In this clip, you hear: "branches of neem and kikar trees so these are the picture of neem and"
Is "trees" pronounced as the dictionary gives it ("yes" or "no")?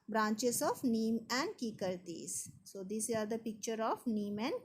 no